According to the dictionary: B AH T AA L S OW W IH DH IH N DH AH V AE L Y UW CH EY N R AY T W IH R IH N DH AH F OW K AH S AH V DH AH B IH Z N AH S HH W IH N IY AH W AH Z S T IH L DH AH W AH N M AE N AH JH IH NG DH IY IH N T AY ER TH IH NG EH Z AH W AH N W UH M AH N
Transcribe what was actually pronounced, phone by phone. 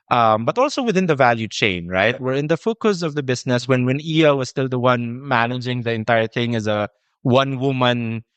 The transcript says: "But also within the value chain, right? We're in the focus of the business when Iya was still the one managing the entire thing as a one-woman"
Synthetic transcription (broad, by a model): B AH T AA L S OW W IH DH IH N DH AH V AE L Y UW CH EY N R AY T W IH R IH N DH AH F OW K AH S AH V DH AH B IH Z N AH S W W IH N IY AH W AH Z S T IH L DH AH W AH N M AE N AH JH IH NG DH IY IH N T AY ER TH IH NG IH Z AH W AH N W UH M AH N